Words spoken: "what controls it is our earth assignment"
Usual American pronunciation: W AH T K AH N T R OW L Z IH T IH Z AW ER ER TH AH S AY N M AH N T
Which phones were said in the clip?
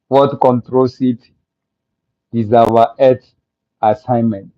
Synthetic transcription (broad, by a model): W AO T K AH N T R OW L S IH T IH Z AW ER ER T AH S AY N M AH N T